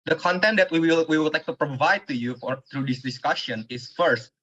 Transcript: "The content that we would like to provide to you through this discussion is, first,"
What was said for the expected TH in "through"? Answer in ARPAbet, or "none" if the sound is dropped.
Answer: F